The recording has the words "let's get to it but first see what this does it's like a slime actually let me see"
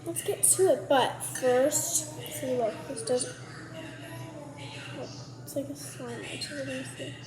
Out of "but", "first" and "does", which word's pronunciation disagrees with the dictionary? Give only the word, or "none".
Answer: none